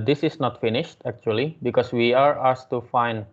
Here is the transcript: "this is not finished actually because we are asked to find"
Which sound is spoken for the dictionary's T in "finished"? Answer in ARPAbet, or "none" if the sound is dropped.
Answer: T